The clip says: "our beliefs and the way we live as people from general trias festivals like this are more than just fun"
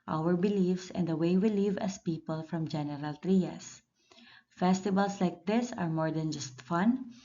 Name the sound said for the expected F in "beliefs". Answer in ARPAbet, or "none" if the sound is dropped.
F